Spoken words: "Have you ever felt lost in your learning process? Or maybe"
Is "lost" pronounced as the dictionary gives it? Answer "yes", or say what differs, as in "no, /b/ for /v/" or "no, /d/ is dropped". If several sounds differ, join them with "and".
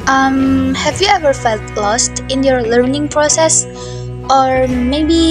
yes